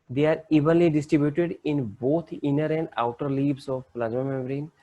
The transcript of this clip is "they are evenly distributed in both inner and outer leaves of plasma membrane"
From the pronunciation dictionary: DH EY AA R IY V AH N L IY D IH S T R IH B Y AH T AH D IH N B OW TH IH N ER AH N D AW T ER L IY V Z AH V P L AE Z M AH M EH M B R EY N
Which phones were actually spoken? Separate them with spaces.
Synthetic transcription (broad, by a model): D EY AA R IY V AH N L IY D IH S T R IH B Y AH T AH D IH N B OW T IH N ER AH N D AW T ER L IY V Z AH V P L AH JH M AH M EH M R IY N